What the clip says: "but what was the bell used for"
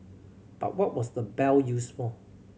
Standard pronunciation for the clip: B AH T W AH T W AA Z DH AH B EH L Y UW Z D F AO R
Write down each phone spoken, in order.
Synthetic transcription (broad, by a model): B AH T W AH T W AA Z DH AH B EH L Y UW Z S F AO L